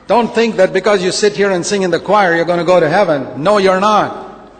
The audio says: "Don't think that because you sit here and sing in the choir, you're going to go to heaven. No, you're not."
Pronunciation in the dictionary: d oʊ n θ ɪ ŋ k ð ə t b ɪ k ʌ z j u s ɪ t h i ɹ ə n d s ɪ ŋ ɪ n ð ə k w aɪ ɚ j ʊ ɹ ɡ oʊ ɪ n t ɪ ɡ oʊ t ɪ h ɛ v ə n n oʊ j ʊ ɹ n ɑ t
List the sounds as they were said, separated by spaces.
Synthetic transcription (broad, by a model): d oʊ n θ ɪ ŋ k ð ə t b ɪ k ʌ z j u s ɪ t h i ɹ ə n s ɪ ŋ ɪ n ð ə k w aɪ ɚ j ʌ ɹ ɡ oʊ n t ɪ ɡ oʊ t ɪ h ɛ v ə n n oʊ j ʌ ɹ n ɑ t